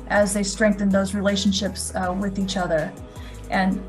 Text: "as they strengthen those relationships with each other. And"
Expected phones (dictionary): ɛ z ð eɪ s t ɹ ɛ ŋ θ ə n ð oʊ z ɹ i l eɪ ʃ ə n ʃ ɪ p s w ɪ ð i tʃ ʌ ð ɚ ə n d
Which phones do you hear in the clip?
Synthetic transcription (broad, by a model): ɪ z ð eɪ s t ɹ ɛ ŋ θ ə n ð oʊ z ɹ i l eɪ ʃ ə n ʃ ɪ p s w ɪ ð i tʃ ʌ ð ɚ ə n